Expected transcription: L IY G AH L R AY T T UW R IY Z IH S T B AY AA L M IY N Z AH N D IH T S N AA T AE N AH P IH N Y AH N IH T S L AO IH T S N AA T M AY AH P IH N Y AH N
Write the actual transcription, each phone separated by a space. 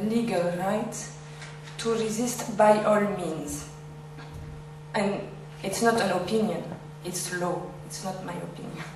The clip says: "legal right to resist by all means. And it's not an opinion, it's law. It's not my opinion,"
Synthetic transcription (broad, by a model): L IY G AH L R AY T T UW R IY Z IH S T B AY AA L M IY N Z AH N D IH T S N AA T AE N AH P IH N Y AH N IH T S L AO IH T S N AA T M AY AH P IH N Y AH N